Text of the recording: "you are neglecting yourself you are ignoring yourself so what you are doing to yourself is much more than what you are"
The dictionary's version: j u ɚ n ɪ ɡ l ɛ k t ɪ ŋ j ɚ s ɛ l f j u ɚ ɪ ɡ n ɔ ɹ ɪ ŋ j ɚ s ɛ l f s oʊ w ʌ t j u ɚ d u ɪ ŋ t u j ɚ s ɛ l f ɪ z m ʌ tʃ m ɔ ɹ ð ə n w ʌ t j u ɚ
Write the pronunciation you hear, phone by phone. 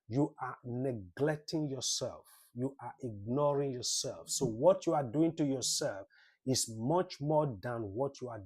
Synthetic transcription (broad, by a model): j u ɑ n ɪ ɡ l ɛ k t ɪ ŋ j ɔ s ɛ l f j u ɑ ɪ ɡ n ɔ ɹ ɪ ŋ j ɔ s ɛ l f s oʊ w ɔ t j u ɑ d u ɪ ŋ t u j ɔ s ɛ l f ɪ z m ʌ tʃ m ɔ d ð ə n w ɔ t j u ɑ